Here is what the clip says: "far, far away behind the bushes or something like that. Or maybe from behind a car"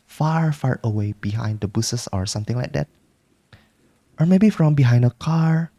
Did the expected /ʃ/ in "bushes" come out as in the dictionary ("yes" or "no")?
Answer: no